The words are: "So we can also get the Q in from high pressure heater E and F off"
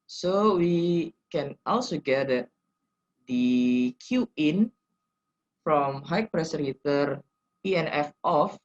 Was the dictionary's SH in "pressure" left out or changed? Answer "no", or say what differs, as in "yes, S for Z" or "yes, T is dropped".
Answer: yes, S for SH